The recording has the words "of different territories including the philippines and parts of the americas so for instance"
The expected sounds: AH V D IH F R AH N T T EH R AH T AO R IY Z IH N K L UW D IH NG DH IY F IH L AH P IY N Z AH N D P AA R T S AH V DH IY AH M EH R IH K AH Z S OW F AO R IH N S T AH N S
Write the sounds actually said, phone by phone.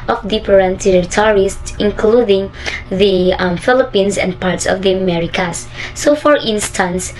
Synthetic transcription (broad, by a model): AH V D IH P R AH N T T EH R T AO R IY S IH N K L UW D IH NG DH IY F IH L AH P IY N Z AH N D P AA R T S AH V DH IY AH M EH R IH K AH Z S OW F AO R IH N S T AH N S